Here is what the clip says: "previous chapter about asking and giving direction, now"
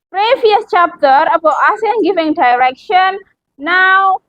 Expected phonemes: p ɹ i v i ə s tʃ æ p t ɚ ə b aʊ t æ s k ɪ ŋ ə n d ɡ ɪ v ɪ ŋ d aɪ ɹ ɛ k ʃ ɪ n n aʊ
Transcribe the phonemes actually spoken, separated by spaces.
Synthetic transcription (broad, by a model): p ɹ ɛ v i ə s tʃ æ p t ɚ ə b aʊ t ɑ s ɪ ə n ɡ ɪ v ɪ ŋ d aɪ ɹ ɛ k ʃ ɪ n n aʊ